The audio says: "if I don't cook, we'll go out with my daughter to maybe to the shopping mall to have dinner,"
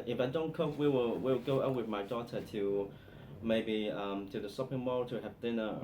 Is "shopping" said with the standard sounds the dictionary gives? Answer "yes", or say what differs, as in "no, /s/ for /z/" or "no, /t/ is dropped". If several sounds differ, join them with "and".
no, /s/ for /ʃ/